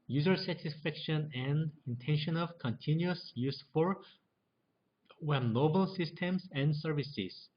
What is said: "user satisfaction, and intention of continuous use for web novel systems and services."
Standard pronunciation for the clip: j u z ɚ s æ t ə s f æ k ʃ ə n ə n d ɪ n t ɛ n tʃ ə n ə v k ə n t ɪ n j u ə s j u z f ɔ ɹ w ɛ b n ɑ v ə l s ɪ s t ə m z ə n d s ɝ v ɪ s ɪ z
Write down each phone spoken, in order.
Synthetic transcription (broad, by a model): j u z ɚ s æ t ə s f æ k ʃ ə n ə n d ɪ n t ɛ n ʃ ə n ə v k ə n t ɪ n j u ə s j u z f ɔ ɹ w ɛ n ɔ b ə l s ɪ s t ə m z ə n d s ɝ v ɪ s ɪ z